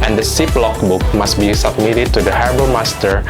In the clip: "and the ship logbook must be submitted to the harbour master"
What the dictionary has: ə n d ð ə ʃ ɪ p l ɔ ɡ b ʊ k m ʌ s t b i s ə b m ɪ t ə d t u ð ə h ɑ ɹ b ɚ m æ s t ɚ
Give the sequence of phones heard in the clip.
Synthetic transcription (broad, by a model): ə n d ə s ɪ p l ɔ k b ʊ k m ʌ s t b i s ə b m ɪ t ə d t u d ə h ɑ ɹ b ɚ m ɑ s t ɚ